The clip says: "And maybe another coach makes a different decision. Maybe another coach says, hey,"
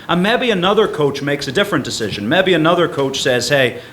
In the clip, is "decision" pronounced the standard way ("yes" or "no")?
yes